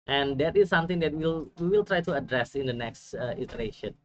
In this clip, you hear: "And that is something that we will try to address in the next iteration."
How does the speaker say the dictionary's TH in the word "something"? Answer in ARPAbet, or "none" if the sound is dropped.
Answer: T